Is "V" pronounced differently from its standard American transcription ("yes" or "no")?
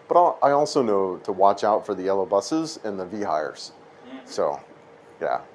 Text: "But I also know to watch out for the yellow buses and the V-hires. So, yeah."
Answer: no